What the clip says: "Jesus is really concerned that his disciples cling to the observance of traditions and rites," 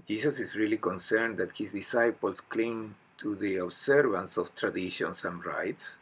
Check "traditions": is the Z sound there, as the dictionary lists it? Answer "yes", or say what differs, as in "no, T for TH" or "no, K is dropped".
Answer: no, S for Z